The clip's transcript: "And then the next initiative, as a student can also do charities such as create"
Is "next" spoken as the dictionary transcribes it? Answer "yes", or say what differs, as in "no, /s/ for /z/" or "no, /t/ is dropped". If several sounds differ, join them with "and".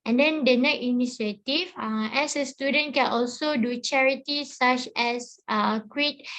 no, /s/ is dropped